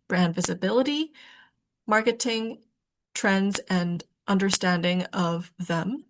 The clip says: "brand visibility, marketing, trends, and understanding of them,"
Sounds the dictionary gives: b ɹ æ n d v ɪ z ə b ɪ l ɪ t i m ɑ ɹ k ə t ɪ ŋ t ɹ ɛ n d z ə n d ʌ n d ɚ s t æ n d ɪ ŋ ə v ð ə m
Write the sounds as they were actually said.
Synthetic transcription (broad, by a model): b ɹ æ n d v ɪ z ə b ɪ l ɪ t i m ɑ ɹ k ə t ɪ ŋ t ɹ ɛ n d z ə n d ʌ n d ɚ s t æ n d ɪ ŋ ə v ð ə m